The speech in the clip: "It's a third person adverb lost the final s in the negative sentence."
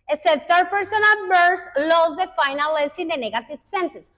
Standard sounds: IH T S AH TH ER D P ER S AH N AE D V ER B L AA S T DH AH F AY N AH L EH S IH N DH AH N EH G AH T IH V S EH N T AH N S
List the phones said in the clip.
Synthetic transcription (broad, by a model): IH S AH T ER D P ER S AH N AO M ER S L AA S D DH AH F AY N AH L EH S IH N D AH N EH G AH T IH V S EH N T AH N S